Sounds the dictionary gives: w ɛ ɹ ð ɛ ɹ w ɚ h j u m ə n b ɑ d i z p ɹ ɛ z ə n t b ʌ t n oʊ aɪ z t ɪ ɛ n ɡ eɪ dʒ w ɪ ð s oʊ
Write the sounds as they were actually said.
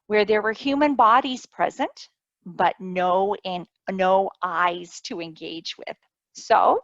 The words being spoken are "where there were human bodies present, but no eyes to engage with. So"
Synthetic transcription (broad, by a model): w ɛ ɹ ð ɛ ɹ w ɚ h j u m ə n b ɑ d i z p ɹ ɛ z ə n t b ʌ t n oʊ aɪ z t ɪ ɛ n ɡ eɪ dʒ w ɪ ð s oʊ